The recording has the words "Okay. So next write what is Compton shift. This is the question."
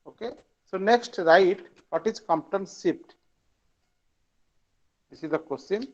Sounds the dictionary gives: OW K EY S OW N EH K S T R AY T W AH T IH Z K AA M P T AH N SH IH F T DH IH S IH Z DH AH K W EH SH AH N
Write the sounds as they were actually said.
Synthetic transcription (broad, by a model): OW K EY S OW N EH K S T R AY T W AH T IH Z K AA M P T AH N S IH P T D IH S IH Z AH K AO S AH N